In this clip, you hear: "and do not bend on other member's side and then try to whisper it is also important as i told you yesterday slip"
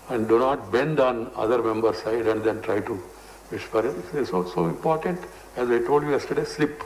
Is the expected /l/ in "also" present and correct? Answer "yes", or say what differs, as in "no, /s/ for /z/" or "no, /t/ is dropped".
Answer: no, /l/ is dropped